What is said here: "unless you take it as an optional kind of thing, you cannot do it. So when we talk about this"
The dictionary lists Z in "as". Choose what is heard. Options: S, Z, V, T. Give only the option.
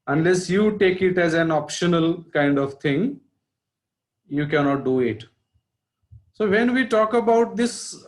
Z